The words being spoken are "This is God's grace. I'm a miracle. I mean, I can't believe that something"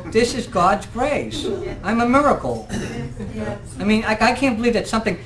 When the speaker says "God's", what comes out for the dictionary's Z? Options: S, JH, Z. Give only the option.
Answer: Z